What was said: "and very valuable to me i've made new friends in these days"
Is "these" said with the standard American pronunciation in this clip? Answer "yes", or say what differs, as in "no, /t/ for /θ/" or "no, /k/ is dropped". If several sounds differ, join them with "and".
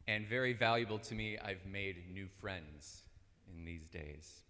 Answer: yes